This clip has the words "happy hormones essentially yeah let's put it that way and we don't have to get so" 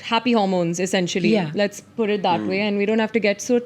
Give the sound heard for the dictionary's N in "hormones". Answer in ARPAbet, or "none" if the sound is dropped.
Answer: N